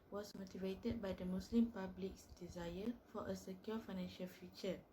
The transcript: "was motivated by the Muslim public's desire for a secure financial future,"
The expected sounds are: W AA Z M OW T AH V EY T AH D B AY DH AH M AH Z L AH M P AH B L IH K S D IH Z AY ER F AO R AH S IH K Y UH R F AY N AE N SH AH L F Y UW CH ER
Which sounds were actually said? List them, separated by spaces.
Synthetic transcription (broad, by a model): W AA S M OW T AH V EY T AH D B AY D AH M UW S L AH M P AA B L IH K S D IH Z AY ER F AO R AH S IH K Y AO F AY N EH N SH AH L F Y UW CH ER